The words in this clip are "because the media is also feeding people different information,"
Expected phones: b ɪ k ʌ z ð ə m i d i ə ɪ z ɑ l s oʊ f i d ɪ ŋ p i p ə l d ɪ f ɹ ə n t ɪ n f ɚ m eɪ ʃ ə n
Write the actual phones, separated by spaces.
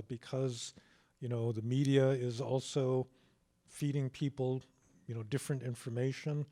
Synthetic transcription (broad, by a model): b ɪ k ʌ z ð ə m i d i ə ɪ z ɑ l s oʊ f i d ɪ ŋ p i p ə n d ɪ f ɹ ə n t ɪ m f ɚ m eɪ ʃ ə n